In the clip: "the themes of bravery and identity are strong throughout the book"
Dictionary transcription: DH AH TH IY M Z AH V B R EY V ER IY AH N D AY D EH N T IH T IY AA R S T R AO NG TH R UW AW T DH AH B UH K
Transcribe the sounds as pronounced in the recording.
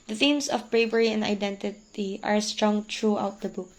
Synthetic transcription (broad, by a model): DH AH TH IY M S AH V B R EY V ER IY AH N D AY D EH N T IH T IY AA R S T R AO NG T R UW AW T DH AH B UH K